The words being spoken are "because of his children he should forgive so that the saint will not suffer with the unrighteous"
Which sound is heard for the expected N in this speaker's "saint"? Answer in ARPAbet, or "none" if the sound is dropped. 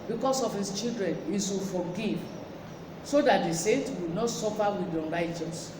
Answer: N